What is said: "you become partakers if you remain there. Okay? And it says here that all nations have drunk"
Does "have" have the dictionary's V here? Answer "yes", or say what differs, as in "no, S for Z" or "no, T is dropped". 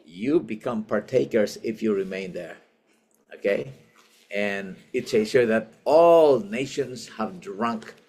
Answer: yes